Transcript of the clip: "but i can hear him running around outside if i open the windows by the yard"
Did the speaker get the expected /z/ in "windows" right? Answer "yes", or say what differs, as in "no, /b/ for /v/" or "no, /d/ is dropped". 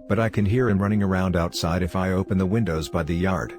yes